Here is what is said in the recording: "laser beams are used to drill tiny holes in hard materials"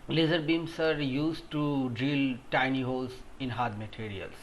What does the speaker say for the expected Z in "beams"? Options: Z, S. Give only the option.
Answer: S